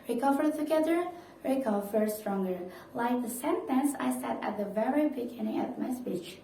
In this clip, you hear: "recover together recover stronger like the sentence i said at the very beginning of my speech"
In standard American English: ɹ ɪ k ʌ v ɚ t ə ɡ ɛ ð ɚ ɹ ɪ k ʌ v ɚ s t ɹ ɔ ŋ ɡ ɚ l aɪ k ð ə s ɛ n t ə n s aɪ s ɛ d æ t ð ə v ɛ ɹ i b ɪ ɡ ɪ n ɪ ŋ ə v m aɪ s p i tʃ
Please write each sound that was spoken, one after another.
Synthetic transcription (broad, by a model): ɹ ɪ k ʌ v ɚ t ə ɡ ɛ ð ɚ ɹ ɪ k ʌ v ɚ s t ɹ ɔ ŋ ɡ ɚ l aɪ k ð ə s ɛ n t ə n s aɪ s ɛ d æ t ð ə v ɛ ɹ i b ɪ ɡ ɪ n ɪ ŋ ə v m aɪ s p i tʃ